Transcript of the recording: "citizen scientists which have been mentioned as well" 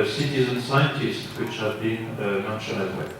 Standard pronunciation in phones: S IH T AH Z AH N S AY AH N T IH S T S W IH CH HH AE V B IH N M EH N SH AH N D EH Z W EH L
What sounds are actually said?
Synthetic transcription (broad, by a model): S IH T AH Z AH N S AY AH N T IH S T S W IH CH HH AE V B IH N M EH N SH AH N EH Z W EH